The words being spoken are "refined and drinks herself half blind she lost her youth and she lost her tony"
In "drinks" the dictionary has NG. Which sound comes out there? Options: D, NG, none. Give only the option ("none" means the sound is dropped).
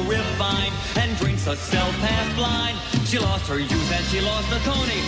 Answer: NG